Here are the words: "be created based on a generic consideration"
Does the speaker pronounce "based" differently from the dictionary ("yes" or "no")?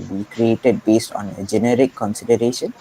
no